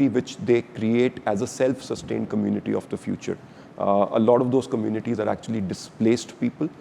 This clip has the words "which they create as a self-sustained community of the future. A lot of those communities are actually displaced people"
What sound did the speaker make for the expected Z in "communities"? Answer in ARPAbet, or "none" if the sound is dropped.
Z